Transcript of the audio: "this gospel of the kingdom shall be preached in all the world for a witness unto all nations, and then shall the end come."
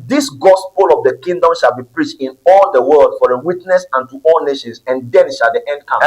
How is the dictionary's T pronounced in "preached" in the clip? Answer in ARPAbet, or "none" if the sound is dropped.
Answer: T